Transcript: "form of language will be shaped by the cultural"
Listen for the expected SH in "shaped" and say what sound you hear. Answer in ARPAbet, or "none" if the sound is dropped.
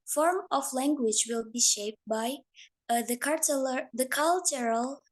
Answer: SH